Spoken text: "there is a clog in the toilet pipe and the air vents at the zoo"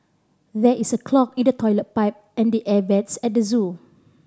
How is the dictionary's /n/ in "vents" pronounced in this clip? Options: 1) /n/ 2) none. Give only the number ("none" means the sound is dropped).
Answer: 2